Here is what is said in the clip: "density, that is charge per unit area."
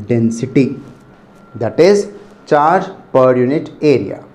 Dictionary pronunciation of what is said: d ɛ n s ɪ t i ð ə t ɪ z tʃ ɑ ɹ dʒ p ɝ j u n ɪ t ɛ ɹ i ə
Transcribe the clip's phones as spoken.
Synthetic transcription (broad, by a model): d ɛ n s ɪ t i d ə t ɪ z tʃ ɑ ɹ dʒ p ɝ j u n ɪ t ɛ ɹ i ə